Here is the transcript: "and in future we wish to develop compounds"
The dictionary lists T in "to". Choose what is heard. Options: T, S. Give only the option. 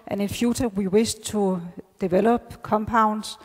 S